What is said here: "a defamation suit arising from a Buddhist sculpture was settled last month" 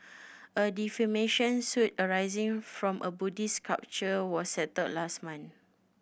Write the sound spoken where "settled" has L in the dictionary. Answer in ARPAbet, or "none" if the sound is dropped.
none